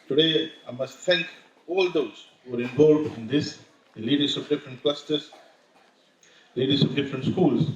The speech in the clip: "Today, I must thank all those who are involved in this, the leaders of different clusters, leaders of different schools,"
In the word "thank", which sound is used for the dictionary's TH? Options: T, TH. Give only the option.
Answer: T